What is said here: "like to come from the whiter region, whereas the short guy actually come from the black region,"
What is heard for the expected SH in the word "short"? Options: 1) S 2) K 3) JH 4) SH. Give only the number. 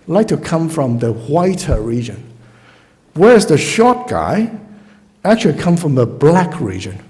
4